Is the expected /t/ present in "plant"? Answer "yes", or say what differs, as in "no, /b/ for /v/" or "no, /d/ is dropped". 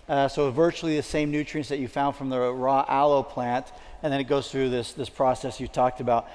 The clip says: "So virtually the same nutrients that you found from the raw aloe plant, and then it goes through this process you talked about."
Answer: yes